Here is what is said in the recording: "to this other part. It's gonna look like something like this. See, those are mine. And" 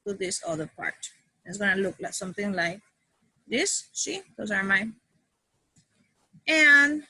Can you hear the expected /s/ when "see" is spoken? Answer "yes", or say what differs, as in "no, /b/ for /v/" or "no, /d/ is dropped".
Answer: no, /ʃ/ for /s/